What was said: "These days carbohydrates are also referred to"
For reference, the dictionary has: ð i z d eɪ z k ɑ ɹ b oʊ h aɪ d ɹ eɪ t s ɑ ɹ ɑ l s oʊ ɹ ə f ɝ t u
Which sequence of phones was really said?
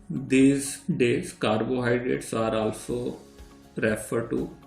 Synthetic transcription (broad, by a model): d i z d eɪ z k ɑ ɹ b oʊ h aɪ d ɹ eɪ t s ɑ ɹ ɑ l s oʊ ɹ ə f ɝ t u